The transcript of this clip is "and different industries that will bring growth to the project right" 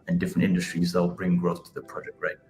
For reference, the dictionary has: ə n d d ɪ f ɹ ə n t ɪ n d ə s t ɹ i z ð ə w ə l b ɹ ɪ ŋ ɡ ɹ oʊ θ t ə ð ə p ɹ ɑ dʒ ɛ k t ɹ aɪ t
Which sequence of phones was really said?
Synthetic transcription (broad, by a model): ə n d d ɪ f ɹ ə n t ɪ n d ə s t ɹ i z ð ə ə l b ɹ ɪ ŋ ɡ ɹ oʊ θ t ə ð ə p ɹ ɑ dʒ ɛ k t ɹ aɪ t